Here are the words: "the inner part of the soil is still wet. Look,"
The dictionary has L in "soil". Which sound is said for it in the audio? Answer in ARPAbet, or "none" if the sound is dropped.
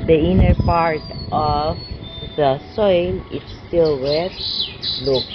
N